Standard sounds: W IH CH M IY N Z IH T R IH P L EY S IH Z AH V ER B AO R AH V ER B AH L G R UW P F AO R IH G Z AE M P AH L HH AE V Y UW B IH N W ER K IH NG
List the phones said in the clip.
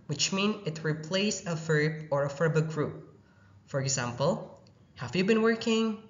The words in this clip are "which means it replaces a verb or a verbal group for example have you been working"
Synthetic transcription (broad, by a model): W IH CH M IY N IH T R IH P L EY IH S AH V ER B AO R AH F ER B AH G R UW P F AO R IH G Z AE M P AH L HH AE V Y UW B IH N W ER K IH NG